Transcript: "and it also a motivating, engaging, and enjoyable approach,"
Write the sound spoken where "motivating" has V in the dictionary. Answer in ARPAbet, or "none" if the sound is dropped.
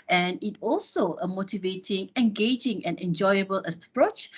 V